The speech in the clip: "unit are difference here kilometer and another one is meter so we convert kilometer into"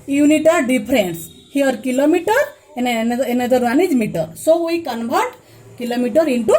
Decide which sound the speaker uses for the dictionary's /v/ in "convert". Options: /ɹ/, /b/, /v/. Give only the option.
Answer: /b/